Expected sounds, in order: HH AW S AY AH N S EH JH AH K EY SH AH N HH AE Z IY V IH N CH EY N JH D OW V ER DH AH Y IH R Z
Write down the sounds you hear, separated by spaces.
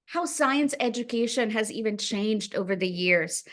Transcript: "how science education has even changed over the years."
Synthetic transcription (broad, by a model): HH AW S AY AH N S EH JH AH K EY SH AH N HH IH Z IY V IH N CH EY N JH D OW V ER DH AH Y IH R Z